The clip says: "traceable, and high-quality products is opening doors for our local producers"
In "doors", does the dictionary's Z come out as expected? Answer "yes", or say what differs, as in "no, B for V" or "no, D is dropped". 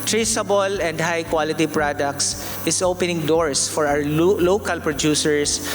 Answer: no, S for Z